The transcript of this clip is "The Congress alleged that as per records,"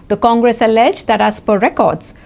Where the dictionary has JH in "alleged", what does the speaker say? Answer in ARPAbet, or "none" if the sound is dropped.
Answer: JH